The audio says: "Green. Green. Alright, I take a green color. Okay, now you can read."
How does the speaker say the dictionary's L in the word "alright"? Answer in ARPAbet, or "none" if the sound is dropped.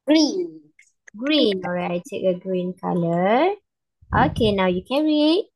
none